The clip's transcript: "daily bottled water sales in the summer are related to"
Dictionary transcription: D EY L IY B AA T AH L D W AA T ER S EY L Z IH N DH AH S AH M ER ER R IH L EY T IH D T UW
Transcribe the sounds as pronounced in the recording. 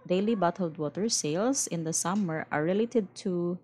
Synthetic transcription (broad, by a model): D EY L IY B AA T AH L D W AA T ER S EY L S IH N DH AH S AH M ER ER R IH L EY T IH D T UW